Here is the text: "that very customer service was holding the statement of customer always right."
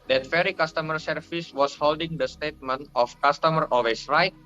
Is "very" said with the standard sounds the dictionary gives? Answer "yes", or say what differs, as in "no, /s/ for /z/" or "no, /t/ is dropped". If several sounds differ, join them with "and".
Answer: no, /f/ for /v/